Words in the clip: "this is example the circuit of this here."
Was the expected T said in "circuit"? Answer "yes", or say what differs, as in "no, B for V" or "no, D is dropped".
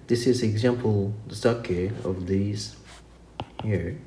no, T is dropped